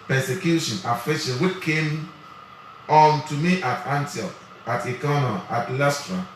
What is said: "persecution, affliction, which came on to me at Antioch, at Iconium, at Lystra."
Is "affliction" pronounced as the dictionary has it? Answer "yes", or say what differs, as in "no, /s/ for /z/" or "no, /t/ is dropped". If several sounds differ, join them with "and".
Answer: no, /l/ is dropped and /k/ is dropped